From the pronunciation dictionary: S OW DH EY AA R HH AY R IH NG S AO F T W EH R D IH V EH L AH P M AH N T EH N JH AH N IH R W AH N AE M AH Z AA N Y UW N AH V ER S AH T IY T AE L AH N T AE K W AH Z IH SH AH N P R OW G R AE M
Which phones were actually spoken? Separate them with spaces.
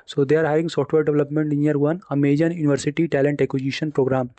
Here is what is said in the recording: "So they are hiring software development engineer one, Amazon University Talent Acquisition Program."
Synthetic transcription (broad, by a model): S OW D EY AA R HH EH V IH NG S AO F T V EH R D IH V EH L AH P M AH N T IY N AH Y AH R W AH N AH M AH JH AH N Y UW N AH V ER S AH T IY T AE L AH N T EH K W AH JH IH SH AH N P R OW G R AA M